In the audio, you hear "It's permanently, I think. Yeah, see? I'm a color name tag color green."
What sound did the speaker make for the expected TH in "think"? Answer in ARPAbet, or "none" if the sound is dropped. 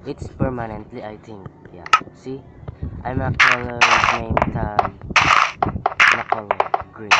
T